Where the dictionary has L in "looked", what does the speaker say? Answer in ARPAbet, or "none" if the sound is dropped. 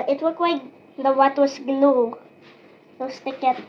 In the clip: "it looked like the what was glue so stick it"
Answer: W